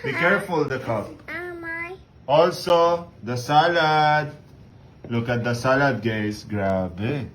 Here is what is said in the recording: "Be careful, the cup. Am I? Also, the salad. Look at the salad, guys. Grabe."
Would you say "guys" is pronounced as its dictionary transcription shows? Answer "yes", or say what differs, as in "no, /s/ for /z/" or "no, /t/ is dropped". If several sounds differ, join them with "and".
no, /s/ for /z/